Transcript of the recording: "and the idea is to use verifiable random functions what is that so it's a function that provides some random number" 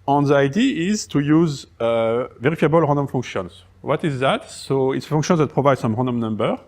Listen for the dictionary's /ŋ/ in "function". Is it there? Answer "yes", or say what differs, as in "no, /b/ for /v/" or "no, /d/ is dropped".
no, /ŋ/ is dropped